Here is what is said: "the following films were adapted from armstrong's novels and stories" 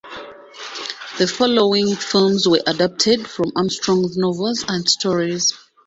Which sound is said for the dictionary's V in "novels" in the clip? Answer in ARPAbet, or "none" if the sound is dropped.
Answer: V